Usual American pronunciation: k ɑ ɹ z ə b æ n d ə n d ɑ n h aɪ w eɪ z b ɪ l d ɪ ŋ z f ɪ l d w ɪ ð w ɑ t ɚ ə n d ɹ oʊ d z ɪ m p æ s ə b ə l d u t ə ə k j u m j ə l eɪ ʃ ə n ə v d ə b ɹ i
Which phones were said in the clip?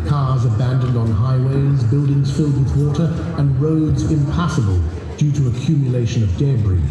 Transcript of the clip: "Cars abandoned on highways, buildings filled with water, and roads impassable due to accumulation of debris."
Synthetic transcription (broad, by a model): k ɑ ɹ z ə b æ n d ə n d n h aɪ w eɪ z b ɪ l d ɪ ŋ z f ɪ l d w ɪ ð w ɑ t ɚ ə n ɹ oʊ d z ɪ m p æ s ə b ə l d u t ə ə k j u m j ə l eɪ ʃ ə n ə v d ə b ɹ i